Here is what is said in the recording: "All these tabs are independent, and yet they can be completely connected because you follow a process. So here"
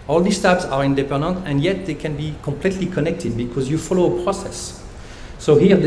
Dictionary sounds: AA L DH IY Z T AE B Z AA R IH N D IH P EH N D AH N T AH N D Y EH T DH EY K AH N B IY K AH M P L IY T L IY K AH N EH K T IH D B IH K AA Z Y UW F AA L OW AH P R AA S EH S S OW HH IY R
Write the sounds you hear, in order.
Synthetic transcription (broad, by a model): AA L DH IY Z T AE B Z AA R IH N D IH P EH N D AH N T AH N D Y EH T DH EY K AH N B IY K AH M P L IY T L IY K AH N EH K T IH D B IH K AA Z Y UW F AA L OW AH P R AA S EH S S OW HH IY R